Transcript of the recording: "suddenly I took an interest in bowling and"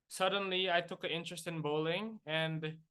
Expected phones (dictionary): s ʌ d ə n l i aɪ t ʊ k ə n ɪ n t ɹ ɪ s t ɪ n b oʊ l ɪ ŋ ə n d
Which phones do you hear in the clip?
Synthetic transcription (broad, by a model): s ʌ d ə n l i aɪ t ʊ k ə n ɪ n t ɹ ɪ s t ɪ n b oʊ l ɪ ŋ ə n d